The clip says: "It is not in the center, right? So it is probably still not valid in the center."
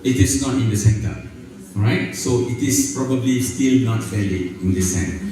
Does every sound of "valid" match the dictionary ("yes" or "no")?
no